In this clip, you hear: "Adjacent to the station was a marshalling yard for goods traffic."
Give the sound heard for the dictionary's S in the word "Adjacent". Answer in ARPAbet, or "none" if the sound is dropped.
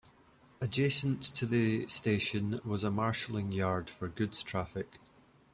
S